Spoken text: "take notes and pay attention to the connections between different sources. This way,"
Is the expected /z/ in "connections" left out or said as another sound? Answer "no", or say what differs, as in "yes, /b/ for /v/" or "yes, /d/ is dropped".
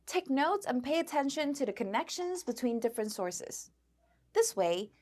no